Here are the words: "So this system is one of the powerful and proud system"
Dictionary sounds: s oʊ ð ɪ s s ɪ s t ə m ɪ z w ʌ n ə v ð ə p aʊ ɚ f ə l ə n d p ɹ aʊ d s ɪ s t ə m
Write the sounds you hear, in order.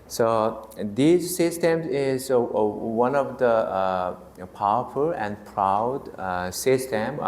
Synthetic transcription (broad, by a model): s oʊ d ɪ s s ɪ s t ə m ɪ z w ʌ n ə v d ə p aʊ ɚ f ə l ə n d p ɹ aʊ d s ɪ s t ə m